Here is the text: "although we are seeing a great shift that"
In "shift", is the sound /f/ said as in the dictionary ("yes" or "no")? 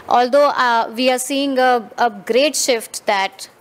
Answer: yes